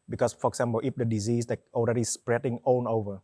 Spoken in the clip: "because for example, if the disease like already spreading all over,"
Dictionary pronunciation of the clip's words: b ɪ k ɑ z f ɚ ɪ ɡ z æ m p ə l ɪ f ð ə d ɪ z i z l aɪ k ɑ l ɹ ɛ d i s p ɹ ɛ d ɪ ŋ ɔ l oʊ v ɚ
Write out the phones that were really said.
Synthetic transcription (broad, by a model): b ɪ k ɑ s f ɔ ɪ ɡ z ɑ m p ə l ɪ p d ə d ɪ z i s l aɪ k ɑ l ɹ ɛ d i s p ɹ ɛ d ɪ ŋ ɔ n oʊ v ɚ